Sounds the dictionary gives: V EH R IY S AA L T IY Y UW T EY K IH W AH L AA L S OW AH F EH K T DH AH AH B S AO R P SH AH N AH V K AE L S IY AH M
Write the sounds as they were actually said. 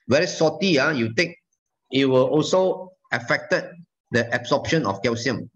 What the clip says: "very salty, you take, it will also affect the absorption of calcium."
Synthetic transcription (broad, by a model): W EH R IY S AA T IY Y UW T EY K IH W AH L AA L S OW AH F EH K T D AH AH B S AO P SH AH N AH F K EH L S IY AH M